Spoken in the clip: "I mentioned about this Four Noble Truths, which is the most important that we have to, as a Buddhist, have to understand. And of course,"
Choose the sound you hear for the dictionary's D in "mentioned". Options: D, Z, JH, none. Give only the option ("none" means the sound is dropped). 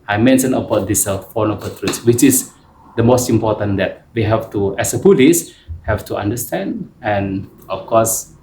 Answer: none